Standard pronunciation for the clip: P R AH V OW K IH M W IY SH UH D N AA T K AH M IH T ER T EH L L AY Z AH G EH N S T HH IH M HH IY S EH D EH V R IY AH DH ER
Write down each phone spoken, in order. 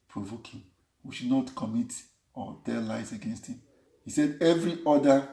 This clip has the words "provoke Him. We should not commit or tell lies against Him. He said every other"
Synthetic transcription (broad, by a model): P R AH V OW K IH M W IY SH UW D N AA T K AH M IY T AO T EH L L AY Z AH G EH N S T HH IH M HH IY S EH D EH V R IY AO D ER